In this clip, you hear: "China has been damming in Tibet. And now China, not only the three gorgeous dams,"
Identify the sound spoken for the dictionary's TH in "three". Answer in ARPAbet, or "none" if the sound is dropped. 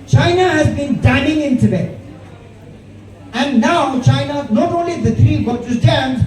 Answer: T